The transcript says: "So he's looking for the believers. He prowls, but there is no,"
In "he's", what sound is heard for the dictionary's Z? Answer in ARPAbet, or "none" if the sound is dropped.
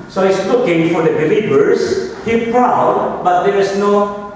S